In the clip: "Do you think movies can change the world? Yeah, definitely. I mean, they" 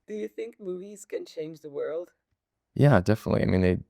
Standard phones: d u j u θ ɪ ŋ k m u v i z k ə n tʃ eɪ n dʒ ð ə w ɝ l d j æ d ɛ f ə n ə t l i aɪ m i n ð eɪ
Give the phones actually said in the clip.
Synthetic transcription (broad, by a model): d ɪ j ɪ θ ɪ ŋ k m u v i z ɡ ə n tʃ eɪ n dʒ ð ə w ɝ l d j æ d ɛ f ə n ə t l i aɪ m i n ð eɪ